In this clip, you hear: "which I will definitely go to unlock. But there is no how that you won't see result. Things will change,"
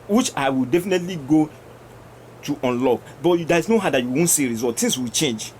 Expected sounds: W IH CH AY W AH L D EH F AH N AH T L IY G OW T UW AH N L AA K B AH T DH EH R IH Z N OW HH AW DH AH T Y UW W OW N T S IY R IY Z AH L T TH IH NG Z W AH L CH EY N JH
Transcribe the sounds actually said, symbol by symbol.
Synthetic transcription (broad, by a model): W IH CH AY W AH L D EH F AH N AH T L IY G OW T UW AH N L AA K B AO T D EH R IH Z N OW HH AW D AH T Y UW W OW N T S IY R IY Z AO T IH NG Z W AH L CH EY N JH